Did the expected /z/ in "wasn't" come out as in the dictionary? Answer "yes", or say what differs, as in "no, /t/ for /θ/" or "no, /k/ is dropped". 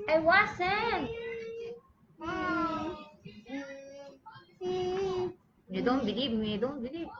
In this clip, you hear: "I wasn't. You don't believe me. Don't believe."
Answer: no, /s/ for /z/